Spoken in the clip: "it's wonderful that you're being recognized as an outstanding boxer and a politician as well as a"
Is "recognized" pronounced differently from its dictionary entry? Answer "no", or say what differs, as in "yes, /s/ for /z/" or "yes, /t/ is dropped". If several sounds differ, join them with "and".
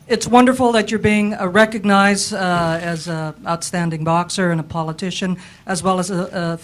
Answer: no